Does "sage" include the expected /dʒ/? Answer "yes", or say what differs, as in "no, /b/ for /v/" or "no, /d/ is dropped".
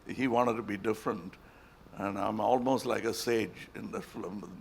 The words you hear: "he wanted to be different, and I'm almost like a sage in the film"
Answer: yes